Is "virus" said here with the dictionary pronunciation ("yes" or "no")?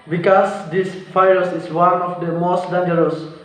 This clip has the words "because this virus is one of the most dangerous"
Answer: no